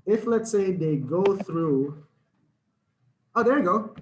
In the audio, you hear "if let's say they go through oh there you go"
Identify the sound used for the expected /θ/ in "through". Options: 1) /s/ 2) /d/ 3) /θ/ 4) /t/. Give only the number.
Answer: 3